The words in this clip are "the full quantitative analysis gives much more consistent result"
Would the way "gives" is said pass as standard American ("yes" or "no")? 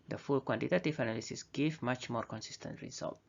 no